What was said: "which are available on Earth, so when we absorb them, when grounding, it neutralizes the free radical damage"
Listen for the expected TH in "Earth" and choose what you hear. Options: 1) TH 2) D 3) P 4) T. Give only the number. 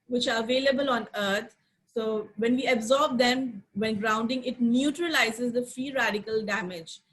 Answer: 4